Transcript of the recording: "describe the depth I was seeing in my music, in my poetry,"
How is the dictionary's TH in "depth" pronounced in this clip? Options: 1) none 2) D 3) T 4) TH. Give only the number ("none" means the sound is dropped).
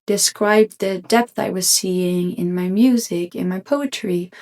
4